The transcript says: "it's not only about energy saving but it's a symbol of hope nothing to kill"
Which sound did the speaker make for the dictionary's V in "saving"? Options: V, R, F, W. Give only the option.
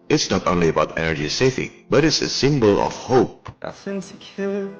F